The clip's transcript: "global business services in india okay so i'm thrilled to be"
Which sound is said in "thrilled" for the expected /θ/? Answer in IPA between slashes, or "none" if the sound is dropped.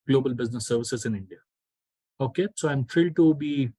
/f/